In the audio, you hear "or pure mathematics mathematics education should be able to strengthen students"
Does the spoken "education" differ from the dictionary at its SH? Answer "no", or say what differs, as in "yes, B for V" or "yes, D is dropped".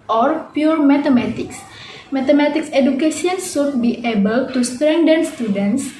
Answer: yes, S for SH